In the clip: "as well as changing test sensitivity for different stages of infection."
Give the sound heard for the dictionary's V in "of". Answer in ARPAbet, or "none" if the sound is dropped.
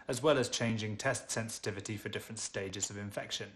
V